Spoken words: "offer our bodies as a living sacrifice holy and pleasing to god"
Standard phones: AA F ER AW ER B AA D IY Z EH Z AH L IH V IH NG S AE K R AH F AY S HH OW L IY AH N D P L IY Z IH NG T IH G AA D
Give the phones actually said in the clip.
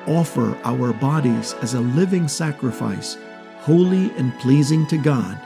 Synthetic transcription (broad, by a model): AA F ER AW ER B AA D IY Z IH Z AH L IH V IH NG S AE K R AH F AY S HH OW L IY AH N P L IY Z IH NG T IH G AA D